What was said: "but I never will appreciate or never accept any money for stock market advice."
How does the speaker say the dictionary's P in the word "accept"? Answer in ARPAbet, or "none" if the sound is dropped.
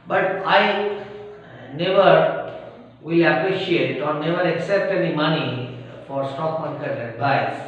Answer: P